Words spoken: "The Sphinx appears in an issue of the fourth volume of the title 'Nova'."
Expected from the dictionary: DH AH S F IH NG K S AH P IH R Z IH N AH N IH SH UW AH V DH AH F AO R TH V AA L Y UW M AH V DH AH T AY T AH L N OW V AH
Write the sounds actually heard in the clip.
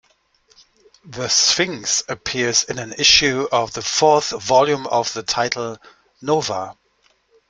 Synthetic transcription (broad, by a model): DH AH S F IH NG S AH P IH R Z IH N AH N IH SH UW AH V DH AH F AO R TH V AA L Y UW M AH V DH AH T AY T L N OW V AH